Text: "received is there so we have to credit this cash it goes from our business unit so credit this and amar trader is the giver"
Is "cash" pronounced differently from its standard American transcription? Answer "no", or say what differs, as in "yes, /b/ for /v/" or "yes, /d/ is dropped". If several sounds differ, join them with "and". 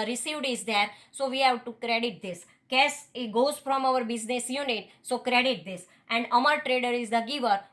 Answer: yes, /s/ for /ʃ/